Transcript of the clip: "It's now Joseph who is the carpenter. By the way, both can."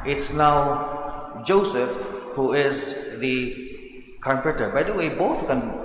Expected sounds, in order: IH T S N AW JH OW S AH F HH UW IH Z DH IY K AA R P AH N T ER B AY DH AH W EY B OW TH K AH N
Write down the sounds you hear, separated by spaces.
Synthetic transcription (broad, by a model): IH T S N AW JH OW S AH F HH UW IH Z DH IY K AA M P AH T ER B AY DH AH W EY B OW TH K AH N